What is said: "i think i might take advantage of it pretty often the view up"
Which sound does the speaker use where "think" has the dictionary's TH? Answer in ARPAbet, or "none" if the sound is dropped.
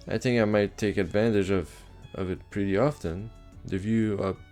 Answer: TH